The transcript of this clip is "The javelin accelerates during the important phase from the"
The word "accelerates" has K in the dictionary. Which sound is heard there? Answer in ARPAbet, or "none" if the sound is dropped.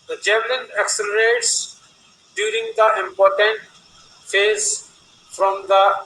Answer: K